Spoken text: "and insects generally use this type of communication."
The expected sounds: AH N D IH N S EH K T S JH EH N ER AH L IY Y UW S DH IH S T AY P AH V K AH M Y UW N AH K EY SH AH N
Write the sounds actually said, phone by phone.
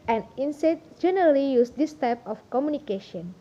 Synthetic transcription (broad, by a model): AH N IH N S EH T JH EH N ER AH L IY Y UW S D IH S T AY P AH F K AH M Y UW N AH K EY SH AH N